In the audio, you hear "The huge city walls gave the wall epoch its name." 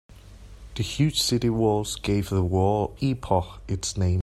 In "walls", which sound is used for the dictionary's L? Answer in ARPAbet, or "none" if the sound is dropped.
L